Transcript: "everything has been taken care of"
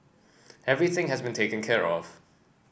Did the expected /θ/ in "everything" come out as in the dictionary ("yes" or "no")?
yes